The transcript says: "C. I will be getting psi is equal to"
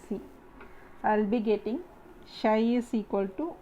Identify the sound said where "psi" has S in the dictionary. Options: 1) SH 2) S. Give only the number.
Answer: 1